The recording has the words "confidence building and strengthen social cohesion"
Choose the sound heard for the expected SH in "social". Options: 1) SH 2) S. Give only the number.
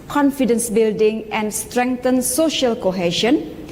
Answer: 1